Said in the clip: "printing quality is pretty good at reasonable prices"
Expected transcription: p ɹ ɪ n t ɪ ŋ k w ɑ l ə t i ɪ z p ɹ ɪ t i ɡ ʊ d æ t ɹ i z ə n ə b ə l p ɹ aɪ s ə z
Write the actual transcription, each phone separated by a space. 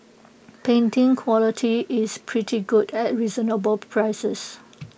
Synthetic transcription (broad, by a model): p ɛ n t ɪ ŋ k w ɑ l ə t i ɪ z p ɹ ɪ t i ɡ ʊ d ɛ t ɹ i z ə n ə b ə l p ɹ aɪ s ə s